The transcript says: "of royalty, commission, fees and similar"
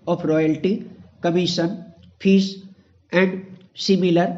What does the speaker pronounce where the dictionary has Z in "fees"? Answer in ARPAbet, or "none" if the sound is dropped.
S